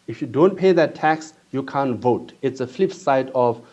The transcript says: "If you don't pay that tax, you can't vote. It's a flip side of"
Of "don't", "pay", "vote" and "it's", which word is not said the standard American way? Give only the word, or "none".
none